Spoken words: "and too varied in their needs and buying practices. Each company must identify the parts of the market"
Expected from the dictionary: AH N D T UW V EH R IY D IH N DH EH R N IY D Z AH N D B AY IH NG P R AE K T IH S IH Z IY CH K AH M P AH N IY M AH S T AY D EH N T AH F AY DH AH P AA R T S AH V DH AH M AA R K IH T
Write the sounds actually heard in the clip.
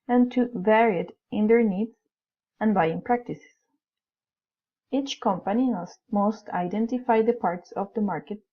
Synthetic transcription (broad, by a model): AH N T UW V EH R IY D IH N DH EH R N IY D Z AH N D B AY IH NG P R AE K T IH S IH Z IY CH K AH M P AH N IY M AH S T AY D EH N T AH F AY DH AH P AA R T S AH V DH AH M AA R K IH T